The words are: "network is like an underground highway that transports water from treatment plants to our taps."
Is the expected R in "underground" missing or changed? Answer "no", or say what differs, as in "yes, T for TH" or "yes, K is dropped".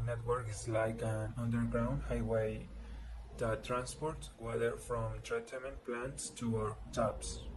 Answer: no